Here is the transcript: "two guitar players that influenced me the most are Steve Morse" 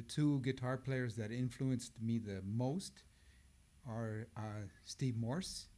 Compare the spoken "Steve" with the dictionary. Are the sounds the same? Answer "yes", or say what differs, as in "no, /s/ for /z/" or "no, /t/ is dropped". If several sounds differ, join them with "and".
yes